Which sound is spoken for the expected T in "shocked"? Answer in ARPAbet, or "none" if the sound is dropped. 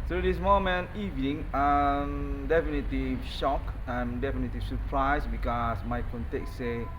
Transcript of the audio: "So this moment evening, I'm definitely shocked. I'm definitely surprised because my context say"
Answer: none